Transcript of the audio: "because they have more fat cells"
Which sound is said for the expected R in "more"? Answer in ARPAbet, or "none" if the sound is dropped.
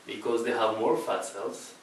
R